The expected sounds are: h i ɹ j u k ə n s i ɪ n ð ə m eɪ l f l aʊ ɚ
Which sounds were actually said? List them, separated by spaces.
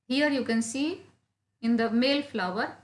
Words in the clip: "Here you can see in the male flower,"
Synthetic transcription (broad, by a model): h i ɹ j u k ə n s i ɪ n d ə m eɪ l f l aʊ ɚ